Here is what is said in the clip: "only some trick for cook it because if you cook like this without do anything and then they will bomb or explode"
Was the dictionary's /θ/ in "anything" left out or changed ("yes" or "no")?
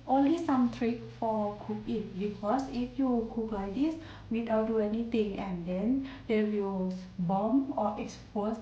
yes